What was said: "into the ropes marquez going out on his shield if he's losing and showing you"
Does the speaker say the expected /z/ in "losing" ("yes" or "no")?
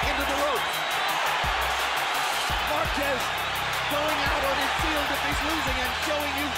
yes